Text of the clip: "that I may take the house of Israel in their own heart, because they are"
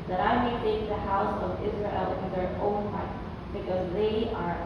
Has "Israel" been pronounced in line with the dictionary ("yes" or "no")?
yes